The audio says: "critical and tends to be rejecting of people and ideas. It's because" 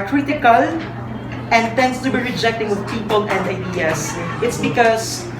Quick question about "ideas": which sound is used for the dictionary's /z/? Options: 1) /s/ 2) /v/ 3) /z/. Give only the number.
1